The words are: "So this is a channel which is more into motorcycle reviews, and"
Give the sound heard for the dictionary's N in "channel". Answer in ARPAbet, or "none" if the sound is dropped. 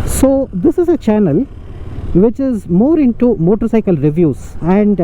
N